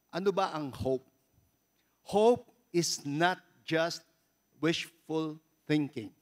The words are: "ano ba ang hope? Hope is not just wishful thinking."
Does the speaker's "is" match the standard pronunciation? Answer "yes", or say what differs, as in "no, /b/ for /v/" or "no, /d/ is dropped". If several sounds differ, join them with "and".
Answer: no, /s/ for /z/